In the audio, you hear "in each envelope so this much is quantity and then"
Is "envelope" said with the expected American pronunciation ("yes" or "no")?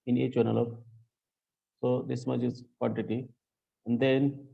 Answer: no